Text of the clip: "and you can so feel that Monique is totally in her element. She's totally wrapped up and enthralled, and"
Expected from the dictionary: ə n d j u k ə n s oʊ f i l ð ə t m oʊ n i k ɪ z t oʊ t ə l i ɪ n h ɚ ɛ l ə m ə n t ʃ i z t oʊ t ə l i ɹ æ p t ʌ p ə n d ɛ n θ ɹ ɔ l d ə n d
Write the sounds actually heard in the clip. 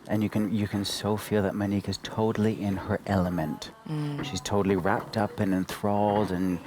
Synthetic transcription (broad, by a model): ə n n j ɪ k ə n s oʊ f i l ð ə t m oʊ n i k ɪ z t oʊ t l i ɪ n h ɚ ɛ l ə m ə n t ʃ i z t oʊ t l i ɹ æ p t ʌ p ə n ɛ n θ ɹ ɔ l d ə n